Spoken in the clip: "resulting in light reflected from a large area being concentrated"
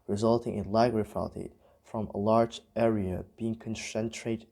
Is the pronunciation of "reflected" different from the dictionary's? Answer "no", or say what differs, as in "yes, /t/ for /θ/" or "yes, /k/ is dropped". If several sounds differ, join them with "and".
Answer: yes, /l/ is dropped